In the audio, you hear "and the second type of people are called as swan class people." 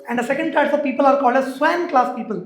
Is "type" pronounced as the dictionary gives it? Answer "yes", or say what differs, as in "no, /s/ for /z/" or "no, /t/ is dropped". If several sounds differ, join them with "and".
no, /f/ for /p/